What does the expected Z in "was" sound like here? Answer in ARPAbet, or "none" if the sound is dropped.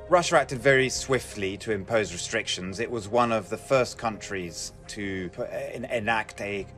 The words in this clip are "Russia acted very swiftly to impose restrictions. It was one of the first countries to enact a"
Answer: Z